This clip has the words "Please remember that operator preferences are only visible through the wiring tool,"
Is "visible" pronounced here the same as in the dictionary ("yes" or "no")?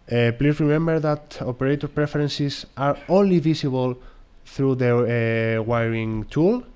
no